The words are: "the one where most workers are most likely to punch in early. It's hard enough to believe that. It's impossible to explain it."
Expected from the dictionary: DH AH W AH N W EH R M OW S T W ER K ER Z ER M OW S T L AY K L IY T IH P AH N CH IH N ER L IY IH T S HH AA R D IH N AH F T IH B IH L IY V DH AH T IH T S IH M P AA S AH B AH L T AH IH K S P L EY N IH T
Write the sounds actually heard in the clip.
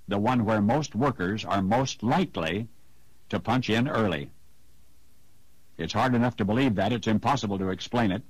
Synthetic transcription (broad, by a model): DH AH W AH N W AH R M OW S T W ER K ER Z ER M OW S T L AY K L IY T IH P AH N CH IH N ER L IY IH T S HH AA R D IH N AH F T IH B IH L IY V DH AH T IH T S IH M P AA S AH B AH L T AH IH K S P L EY N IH T